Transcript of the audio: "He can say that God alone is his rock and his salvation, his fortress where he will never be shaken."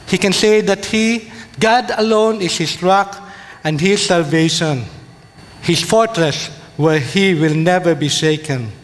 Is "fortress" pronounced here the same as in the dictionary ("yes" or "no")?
yes